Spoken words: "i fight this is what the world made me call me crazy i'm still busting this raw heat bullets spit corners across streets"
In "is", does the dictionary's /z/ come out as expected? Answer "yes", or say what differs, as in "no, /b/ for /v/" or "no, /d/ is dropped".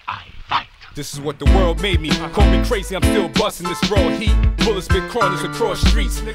yes